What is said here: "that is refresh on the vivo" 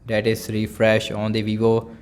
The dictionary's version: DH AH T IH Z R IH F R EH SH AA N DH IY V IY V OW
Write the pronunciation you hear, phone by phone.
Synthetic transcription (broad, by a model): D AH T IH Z R IH F R EH SH AA N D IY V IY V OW